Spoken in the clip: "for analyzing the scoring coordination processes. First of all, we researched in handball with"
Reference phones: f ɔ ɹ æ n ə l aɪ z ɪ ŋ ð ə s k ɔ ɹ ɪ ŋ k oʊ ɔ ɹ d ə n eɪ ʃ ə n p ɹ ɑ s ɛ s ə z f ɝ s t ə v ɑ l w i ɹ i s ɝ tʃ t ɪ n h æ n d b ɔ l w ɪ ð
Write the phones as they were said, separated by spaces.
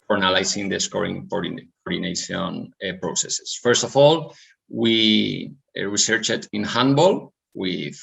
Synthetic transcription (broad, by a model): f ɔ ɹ n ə l aɪ s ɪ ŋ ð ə s k ɔ ɹ ɪ ŋ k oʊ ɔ ɹ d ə n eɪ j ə n p ɹ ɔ s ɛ s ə s f ɝ s t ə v ɑ l w i ɹ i s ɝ tʃ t ɪ n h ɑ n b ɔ l w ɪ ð